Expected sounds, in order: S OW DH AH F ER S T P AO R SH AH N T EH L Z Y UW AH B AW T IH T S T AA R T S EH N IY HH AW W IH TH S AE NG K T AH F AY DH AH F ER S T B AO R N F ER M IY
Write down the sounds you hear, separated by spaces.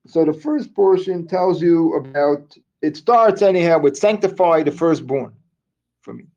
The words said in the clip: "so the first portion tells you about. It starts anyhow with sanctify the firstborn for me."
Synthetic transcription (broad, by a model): S OW DH AH F ER S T P AO R SH AH N T EH L Z Y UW AH B AW T IH T S T AA R T S EH N IY HH AW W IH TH S AE NG K T AH F AY DH AH F ER S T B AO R N F ER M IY